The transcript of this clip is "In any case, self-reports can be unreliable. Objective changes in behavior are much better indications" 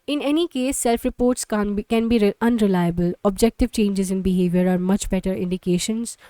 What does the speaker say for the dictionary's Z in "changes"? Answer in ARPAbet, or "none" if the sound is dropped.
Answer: Z